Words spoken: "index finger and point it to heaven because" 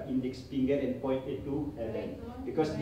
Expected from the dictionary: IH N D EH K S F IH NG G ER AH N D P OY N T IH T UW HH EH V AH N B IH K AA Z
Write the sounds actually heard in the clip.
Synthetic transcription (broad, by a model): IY N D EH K S P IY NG G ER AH N P OY N T IH T UW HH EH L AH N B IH K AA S